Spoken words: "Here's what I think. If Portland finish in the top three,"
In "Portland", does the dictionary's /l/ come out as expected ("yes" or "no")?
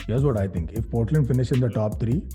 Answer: yes